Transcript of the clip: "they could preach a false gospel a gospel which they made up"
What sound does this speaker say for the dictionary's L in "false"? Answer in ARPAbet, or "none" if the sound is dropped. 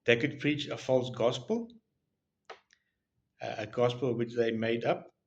L